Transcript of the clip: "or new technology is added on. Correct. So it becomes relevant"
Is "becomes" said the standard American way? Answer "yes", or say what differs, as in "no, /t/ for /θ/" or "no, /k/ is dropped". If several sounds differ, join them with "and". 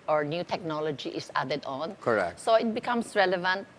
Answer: no, /s/ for /z/